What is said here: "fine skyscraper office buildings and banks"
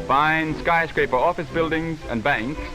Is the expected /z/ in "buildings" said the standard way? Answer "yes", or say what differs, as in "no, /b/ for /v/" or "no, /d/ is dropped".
yes